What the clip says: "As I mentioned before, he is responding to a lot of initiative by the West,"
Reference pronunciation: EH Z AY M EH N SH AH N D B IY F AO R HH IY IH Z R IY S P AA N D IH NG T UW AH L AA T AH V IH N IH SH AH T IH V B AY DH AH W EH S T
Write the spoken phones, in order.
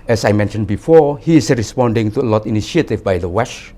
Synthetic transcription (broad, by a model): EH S AY M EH N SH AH N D B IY F AO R HH IY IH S R IY S P AA N D IH NG T UW AH L AA T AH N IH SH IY AH T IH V B AY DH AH W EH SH